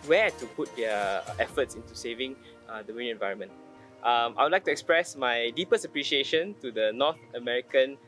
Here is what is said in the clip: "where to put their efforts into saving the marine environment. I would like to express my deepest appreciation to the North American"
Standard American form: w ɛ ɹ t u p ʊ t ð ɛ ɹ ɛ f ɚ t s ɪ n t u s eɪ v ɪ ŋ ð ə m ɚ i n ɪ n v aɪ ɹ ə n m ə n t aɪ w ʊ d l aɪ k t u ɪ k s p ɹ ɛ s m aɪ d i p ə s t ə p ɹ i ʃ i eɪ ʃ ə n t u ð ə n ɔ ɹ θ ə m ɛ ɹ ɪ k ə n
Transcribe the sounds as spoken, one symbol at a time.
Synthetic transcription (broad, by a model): w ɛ t u p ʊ t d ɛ ɛ f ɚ t s ɪ n t u s eɪ v ɪ ŋ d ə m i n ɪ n v aɪ ɹ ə n m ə n t aɪ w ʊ d l aɪ k t u ɪ k s p ɹ ɛ s m aɪ d i p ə s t ə p ɹ i ʃ i eɪ ʃ ə n t u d ə n ɔ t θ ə m ɛ ɹ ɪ k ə n